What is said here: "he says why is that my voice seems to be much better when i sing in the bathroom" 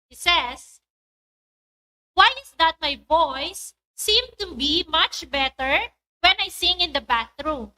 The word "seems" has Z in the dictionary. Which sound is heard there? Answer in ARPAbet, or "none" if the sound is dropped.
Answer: none